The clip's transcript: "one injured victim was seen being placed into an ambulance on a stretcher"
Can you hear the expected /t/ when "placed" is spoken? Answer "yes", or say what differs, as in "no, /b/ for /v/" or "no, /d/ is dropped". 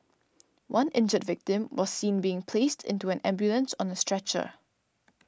yes